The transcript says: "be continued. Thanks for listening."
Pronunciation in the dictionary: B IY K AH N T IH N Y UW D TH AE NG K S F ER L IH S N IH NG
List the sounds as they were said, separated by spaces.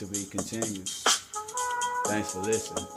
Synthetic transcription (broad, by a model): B IY K AH N T IH N Y UW D TH AE NG K S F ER L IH S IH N